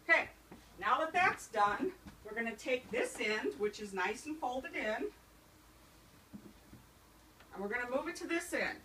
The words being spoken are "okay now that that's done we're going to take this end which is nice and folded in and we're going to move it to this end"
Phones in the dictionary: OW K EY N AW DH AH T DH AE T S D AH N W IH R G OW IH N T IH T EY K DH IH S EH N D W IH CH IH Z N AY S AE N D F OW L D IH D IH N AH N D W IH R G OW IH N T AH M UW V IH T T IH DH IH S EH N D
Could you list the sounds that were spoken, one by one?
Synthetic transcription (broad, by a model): K EY N AW DH AH T DH AE T S D AH N W IH R G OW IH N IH T EY K DH IH S EH N D W IH CH IH Z N AY S N F OW L D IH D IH N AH N W IH R G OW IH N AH M UW V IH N T IH DH IH S EH N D